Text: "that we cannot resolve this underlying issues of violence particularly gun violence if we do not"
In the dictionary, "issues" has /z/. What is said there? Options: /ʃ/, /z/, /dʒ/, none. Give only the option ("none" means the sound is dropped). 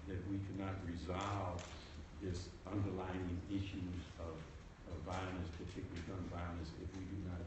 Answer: /z/